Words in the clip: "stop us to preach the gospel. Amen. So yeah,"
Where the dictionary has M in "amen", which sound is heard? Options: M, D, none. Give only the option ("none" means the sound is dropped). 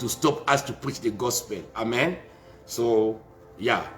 M